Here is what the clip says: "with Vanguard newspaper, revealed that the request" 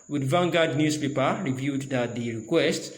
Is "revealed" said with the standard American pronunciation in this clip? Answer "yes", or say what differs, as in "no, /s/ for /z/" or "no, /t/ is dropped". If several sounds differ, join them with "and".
no, /l/ is dropped